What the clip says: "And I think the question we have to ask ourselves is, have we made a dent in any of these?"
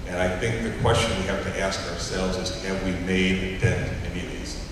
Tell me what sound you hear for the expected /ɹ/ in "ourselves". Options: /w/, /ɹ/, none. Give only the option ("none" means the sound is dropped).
/ɹ/